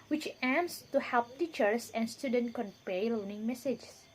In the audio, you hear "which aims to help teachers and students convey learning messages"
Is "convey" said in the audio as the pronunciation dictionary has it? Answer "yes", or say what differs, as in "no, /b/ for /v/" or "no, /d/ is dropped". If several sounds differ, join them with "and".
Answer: no, /p/ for /v/